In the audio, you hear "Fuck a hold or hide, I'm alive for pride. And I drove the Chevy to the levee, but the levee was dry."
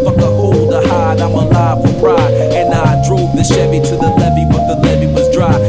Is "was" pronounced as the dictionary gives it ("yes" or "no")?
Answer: yes